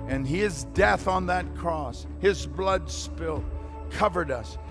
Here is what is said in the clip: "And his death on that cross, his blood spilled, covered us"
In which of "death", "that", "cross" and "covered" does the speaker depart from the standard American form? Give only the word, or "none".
none